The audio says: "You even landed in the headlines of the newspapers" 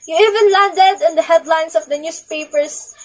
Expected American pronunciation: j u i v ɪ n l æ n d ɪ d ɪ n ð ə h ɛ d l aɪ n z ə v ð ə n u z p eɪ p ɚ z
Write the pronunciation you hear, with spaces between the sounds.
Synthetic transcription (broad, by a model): j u i v ɪ n l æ n d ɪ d ɪ n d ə h ɛ d l aɪ n s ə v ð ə n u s p eɪ p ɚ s